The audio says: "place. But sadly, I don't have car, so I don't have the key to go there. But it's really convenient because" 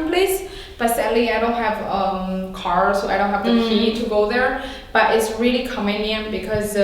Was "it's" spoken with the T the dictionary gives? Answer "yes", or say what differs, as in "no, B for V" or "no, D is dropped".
yes